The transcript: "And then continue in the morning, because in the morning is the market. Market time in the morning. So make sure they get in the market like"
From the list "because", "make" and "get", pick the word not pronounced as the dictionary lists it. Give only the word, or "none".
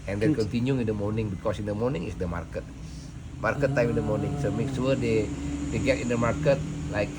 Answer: because